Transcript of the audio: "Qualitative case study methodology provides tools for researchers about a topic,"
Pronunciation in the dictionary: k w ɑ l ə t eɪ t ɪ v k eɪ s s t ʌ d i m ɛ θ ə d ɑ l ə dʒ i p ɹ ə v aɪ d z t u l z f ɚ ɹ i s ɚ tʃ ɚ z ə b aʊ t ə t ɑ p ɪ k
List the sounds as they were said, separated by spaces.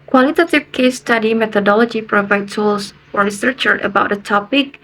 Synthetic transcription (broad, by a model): k w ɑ l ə t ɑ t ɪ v k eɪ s s t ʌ d i m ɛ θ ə d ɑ l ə dʒ i p ɹ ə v aɪ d t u l s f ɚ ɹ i s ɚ tʃ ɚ ə b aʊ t ə t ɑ p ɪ k